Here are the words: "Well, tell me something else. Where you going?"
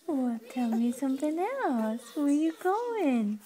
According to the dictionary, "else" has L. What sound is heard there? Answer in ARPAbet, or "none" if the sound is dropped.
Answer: none